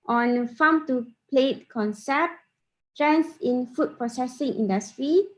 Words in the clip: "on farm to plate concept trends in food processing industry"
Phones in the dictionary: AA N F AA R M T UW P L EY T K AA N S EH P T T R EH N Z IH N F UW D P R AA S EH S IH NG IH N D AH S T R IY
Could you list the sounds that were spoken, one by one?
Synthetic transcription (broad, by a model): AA N F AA M T UW P L EY T K AA N S EH P T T R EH N S IH N F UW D P R AA S EH S IH NG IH N D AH S T R IY